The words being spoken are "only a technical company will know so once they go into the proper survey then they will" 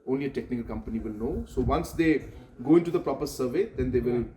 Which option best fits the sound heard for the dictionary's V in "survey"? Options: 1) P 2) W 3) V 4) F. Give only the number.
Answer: 3